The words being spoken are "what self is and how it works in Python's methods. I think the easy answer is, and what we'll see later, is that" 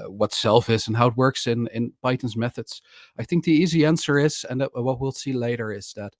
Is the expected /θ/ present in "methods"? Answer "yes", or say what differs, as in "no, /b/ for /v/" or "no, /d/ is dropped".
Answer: yes